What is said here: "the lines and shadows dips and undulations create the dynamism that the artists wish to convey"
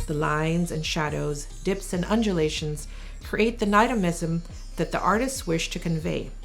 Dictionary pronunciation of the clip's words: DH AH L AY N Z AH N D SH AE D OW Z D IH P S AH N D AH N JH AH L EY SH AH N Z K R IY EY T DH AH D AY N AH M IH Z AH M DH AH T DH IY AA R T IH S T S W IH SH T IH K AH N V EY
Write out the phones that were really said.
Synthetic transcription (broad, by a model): DH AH L AY N Z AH N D SH AE D OW Z D IH P S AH N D AH N JH AH L EY SH AH N Z K R IY EY T DH AH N AY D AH M IH Z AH M DH AH T DH IY AA R T IH S T S W IH SH T IH K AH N V EY